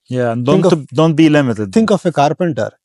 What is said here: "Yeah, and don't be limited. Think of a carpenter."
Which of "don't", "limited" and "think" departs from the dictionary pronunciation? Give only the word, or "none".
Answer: think